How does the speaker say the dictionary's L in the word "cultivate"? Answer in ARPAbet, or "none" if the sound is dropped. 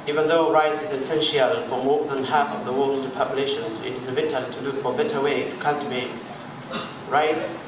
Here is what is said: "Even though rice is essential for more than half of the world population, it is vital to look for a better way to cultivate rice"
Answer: N